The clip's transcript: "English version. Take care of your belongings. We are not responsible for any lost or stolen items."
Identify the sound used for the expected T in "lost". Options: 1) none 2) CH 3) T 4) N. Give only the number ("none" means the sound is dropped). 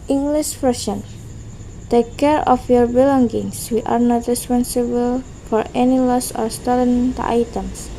1